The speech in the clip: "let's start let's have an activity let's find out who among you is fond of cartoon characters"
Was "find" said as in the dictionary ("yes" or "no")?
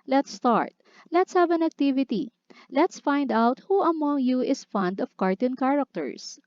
yes